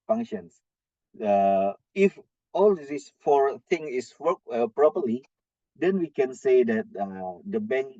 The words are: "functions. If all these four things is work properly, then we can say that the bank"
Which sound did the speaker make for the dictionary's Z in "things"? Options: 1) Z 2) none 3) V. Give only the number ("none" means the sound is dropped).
2